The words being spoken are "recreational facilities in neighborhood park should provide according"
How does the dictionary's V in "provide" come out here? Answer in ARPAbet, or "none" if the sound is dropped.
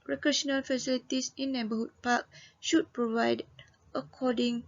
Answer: V